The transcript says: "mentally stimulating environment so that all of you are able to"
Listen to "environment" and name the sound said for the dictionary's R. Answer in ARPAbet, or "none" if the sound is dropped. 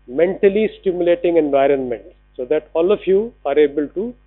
R